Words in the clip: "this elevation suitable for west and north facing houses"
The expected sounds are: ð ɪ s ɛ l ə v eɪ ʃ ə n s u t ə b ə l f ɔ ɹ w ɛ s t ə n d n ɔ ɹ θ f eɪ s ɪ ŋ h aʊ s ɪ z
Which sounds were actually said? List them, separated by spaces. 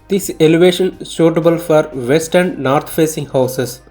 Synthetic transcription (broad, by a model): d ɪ s ɛ l ə v eɪ ʃ ə n ʃ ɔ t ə b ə l f ɔ ɹ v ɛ s t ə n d n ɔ ɹ t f eɪ s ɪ ŋ h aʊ s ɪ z